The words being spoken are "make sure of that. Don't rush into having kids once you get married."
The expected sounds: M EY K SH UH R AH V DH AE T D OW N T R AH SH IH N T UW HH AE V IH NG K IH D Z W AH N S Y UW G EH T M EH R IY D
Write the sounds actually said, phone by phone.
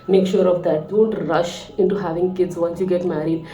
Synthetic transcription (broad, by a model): M EY K SH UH R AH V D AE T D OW N T R AH SH IH N T UW HH AE V IH NG K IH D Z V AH N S Y UW G EH T M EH R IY D